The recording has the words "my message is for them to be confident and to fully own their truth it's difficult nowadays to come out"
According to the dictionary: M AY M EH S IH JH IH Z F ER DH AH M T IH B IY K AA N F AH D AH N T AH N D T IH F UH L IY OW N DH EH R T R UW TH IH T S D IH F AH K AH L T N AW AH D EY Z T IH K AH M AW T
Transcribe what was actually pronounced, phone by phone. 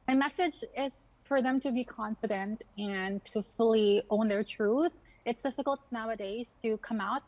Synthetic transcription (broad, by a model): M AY M EH S IH JH IH Z F ER DH AH M T IH B IY K AA N F AH D AH N T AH N T IH F UH L IY OW N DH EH R T R UW TH IH T S D IH F AH K AH L T N AW AH D EY Z T IH K AH M AW T